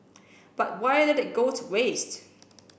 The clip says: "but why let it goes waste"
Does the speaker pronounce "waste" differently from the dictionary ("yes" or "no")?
no